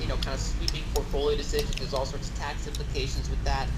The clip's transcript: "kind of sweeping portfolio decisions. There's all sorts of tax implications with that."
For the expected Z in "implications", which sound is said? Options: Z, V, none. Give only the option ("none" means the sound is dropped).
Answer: Z